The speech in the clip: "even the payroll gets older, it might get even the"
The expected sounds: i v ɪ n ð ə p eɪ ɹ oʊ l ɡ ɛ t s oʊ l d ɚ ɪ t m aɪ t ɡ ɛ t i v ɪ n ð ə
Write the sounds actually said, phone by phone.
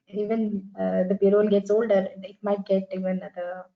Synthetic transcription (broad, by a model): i v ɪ n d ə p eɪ ɹ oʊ n ɡ ɛ t s oʊ l d ɚ ɪ t m aɪ t ɡ ɛ t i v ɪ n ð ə